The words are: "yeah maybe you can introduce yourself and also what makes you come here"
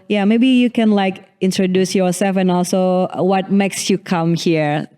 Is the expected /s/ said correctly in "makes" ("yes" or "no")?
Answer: yes